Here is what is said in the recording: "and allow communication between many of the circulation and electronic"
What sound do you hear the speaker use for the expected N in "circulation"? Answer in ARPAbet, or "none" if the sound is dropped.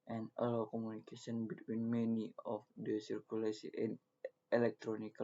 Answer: none